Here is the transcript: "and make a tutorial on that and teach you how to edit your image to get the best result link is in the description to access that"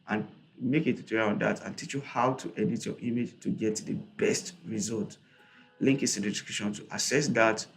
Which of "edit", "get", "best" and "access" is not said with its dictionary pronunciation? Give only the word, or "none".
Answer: access